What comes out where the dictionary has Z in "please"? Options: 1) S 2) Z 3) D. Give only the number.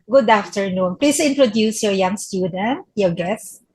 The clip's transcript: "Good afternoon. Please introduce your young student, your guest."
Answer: 1